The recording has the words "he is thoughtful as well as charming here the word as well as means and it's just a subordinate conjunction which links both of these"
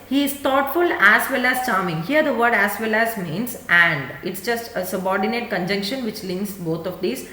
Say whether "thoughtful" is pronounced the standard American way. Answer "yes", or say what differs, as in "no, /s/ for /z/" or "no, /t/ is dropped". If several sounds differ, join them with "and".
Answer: no, /t/ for /θ/